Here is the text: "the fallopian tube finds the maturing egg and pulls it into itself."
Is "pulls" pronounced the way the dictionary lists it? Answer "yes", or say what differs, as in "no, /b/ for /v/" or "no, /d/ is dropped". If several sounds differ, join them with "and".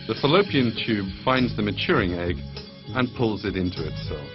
yes